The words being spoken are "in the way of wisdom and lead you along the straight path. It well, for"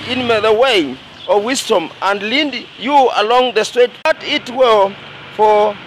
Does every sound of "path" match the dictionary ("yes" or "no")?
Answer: no